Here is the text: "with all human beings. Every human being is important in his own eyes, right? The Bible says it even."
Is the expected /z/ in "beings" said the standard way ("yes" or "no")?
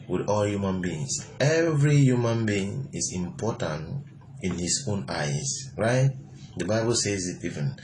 no